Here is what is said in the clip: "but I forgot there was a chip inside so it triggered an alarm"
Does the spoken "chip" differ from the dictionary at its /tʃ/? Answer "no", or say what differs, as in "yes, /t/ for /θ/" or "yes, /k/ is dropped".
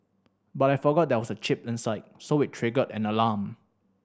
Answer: no